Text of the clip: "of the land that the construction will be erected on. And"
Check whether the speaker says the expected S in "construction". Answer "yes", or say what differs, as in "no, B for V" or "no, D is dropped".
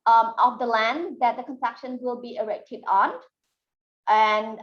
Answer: no, S is dropped